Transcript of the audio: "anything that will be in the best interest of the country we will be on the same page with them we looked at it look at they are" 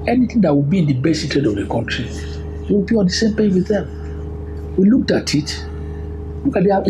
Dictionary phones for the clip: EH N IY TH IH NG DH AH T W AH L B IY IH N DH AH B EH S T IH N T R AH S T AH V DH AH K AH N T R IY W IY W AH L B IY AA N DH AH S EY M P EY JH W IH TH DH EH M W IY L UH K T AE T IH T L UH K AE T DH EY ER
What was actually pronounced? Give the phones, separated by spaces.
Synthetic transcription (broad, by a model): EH N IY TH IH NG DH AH T W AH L B IY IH N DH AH B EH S IH T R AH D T AH V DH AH K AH N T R IY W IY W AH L B IY AA N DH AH S EY M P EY W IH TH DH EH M W IY L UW K T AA T IH T L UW K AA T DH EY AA